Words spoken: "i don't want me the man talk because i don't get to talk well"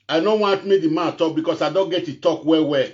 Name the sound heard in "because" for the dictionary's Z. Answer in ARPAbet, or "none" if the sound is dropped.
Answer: S